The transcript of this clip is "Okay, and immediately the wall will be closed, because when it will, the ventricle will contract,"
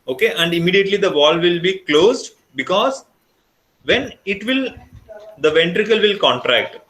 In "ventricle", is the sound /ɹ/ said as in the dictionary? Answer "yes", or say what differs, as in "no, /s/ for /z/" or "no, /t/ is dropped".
yes